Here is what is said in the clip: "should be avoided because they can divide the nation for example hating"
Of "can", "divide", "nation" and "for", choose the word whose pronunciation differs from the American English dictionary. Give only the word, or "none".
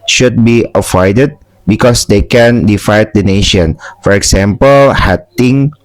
divide